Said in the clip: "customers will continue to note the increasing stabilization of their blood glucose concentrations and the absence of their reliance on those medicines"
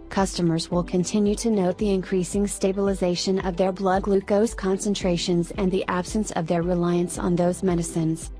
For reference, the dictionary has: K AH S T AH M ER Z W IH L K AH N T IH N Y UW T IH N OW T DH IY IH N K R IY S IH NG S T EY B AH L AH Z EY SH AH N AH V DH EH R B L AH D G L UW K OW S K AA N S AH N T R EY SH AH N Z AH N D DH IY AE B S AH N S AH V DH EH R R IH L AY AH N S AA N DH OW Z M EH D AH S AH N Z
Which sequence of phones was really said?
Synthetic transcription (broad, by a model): K AH S T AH M ER Z W IH L K AH N T IH N Y UW T IH N OW T DH IY IH N K R IY S IH NG S T EY B AH L AH Z EY SH AH N AH V DH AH R B L AH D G L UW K OW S K AA N S AH N T R EY SH AH N Z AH N DH IY AE B S AH N S AH V DH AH R R IH L AY AH N S N DH OW Z M EH D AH S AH N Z